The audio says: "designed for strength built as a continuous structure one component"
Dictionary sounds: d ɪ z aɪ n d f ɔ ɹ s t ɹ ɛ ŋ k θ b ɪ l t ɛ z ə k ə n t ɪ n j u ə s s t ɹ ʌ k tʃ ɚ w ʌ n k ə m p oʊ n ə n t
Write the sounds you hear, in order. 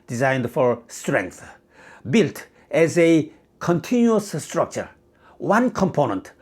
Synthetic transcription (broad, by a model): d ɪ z aɪ n d f ɔ ɹ s t ɹ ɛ ŋ k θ b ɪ l t ɛ z ə k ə n t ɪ n j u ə s s t ɹ ʌ k tʃ ɚ w ʌ n k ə m p oʊ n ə n t